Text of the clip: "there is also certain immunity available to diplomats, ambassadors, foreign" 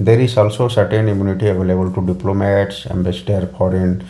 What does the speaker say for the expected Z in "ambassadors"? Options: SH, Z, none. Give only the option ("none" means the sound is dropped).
none